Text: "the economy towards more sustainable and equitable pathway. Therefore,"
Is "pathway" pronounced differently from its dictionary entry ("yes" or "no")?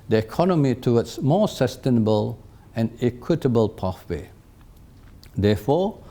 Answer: yes